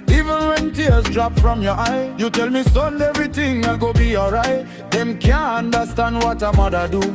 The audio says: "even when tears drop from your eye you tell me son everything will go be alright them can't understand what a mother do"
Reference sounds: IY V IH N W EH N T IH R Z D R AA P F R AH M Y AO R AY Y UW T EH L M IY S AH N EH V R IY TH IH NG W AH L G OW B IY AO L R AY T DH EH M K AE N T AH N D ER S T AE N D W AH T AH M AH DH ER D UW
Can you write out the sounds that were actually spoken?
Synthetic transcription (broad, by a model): IY V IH N W EH N T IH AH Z D R AA P F R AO M Y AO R AY Y UW T EH L M IY S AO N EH V R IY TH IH NG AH G OW B IY AO L R AY T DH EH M K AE N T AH N D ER S T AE N D W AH T AH M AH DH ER D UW